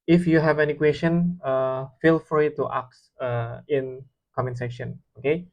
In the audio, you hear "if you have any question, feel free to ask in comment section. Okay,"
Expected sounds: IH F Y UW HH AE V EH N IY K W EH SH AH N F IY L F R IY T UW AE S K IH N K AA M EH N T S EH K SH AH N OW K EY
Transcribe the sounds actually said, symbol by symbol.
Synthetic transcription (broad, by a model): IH F Y UW HH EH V EH N IY K W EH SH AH N F IY L F R IY T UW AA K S IH N K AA M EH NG S EH K SH AH N OW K EY